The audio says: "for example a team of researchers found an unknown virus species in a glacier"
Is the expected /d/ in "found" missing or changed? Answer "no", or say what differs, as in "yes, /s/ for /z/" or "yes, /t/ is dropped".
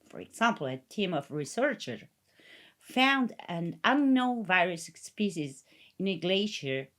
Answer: no